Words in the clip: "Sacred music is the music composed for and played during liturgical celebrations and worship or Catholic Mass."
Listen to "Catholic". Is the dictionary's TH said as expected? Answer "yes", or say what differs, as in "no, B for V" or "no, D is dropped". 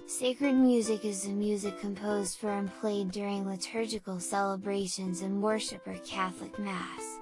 yes